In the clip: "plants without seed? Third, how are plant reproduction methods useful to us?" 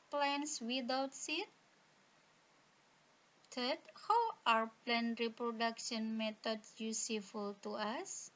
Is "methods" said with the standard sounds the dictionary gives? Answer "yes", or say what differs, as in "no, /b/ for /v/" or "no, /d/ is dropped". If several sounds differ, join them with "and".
no, /t/ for /θ/ and /s/ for /z/